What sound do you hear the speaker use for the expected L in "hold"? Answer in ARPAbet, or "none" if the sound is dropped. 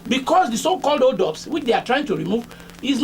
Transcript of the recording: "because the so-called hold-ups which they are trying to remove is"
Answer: none